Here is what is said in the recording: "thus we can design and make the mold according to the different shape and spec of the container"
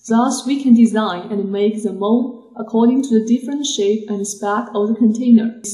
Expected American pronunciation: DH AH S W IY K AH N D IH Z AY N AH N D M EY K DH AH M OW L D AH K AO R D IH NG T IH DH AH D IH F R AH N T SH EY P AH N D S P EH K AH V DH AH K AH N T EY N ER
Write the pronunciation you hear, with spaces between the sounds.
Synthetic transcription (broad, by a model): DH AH S W IY K AH N D IH Z AY N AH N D M EY K DH AH M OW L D AH K AO R D IH NG T IH DH AH D IH F R AH N T SH EY P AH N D S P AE K AH V DH AH K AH N T EY N ER